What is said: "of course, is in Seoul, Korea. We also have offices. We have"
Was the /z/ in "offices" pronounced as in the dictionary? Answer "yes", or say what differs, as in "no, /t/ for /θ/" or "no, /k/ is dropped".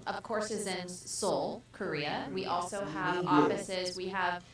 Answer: yes